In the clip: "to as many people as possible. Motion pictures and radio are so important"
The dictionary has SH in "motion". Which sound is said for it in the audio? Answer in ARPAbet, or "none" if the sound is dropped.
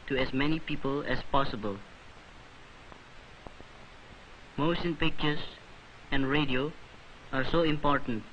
S